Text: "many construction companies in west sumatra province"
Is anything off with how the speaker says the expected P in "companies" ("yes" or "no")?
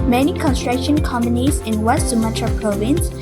yes